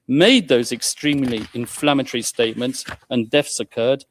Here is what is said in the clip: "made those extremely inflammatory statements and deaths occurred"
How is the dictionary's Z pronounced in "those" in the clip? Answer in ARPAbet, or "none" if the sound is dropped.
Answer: Z